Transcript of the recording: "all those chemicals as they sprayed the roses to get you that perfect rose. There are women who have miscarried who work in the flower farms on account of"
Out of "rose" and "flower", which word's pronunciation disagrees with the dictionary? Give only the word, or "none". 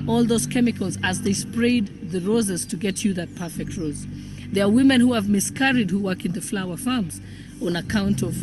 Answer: none